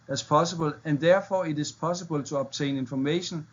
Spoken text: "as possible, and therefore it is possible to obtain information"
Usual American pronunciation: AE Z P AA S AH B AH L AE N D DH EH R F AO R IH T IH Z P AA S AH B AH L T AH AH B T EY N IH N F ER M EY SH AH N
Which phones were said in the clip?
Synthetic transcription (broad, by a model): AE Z P AA S AH B AH L AE N D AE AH F AO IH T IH S P AA S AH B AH L S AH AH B S EY N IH N F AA M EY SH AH N